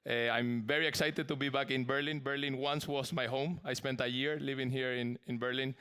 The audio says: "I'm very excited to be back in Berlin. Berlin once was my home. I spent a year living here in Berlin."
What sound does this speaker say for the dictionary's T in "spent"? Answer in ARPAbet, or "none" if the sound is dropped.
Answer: T